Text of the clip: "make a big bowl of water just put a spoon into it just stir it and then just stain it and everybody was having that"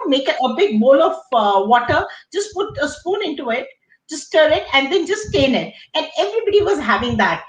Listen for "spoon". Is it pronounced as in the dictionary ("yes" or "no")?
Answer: yes